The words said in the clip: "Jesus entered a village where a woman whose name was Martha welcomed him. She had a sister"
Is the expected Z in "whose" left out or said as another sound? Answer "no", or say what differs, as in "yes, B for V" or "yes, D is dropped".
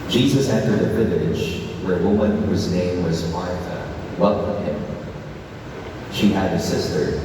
no